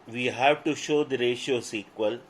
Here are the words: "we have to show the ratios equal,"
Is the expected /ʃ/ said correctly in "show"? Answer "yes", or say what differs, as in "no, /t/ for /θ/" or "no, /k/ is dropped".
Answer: yes